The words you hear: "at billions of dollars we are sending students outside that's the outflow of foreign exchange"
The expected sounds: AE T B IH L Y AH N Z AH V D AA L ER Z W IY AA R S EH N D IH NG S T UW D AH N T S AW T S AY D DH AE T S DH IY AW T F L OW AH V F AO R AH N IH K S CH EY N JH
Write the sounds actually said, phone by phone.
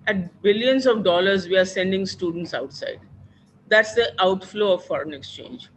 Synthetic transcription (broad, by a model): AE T B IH L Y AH N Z AH V D AA L ER Z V IY AA R S EH N D IH NG S T UW D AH N T S AW T S AY D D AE T S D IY AW T F L OW AH V F AO R AH N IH K S CH EY N JH